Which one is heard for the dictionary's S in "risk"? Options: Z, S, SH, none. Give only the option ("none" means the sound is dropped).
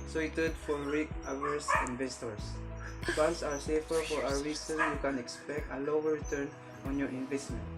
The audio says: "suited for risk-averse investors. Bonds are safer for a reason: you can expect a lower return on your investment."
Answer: none